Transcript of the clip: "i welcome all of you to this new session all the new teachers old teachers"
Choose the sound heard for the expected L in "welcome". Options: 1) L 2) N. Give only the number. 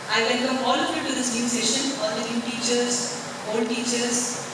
2